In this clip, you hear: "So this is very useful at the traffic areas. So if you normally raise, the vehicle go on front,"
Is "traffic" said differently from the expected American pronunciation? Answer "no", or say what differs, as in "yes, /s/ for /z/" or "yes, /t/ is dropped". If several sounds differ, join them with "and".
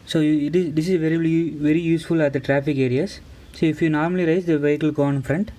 no